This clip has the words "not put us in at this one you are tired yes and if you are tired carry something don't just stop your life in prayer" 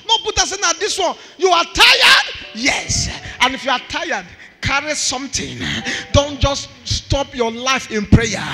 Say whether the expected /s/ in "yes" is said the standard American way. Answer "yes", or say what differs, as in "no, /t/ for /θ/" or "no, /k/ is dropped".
yes